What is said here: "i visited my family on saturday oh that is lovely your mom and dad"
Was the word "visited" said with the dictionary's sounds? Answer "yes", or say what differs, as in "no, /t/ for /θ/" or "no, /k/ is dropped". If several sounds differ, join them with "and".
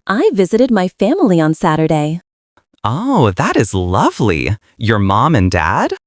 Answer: yes